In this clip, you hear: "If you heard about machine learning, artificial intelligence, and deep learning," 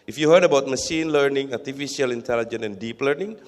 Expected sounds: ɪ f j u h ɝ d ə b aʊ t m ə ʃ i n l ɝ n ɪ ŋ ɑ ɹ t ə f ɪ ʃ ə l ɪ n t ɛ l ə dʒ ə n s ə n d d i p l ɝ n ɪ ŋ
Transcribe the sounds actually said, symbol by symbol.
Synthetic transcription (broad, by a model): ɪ f j u h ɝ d ə b aʊ t m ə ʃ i n l ɝ n ɪ ŋ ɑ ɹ t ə f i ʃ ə l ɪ n t ɛ l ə dʒ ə n ə n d d i p l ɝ n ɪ ŋ